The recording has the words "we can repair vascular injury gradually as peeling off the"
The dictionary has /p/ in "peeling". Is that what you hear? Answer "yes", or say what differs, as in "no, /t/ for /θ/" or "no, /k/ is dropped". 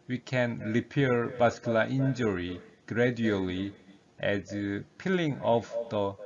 yes